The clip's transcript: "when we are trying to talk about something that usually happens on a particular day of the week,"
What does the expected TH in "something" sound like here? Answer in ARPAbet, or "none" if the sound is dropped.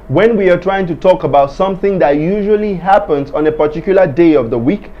TH